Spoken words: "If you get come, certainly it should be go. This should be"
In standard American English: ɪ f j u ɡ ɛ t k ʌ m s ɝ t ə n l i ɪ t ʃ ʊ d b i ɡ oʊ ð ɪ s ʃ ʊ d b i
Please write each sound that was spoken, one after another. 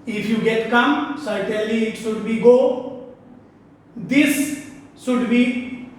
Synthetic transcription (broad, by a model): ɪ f j u ɡ ɛ t k ʌ m s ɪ t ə l i ɪ t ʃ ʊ d b i ɡ oʊ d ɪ s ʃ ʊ d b i